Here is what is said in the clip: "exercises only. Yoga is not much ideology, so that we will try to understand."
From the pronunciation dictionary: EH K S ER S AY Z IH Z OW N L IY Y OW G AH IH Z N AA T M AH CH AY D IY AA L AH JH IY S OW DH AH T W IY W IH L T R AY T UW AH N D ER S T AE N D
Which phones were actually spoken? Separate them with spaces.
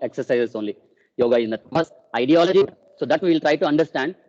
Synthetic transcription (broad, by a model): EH K S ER S AY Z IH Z OW N L IY Y OW G AH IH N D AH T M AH S AY D IY AA L AH JH IY S OW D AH T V IY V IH L T R AY T UW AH N D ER S T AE N D